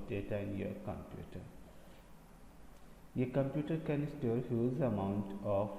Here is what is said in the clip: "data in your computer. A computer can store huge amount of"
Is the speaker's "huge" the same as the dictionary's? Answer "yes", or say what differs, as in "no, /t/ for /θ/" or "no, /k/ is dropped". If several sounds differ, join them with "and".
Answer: no, /z/ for /dʒ/